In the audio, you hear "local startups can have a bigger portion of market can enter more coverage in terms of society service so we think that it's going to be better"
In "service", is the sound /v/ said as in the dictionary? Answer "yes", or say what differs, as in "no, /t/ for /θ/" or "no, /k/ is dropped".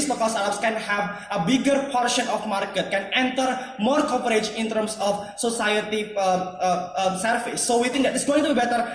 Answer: no, /f/ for /v/